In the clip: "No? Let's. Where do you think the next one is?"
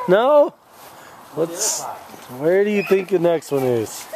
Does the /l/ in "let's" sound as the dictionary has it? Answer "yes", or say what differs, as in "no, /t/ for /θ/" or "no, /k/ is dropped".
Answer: no, /w/ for /l/